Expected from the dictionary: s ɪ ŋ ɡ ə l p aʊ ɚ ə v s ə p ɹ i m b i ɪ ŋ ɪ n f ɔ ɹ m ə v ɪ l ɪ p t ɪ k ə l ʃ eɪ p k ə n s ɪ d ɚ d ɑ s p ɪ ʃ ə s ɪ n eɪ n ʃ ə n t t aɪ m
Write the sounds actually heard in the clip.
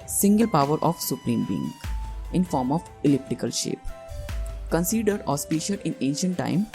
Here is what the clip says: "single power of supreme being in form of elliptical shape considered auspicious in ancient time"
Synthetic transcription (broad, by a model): s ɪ ŋ ɡ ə l p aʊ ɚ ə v s ə p ɹ i m b i ɪ ŋ ɪ n f ɔ ɹ m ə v ɪ l ɪ p t ɪ k ə l ʃ eɪ p k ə n s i d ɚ d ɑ s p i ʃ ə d ɪ n eɪ n ʃ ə n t t aɪ m